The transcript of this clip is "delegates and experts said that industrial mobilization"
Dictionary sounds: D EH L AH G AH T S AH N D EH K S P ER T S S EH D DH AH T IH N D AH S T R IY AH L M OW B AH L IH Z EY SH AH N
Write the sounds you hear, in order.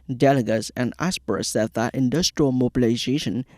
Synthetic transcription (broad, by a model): D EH L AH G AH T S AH N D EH S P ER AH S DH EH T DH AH T IH N D AH S T R IY AH L M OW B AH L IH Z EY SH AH N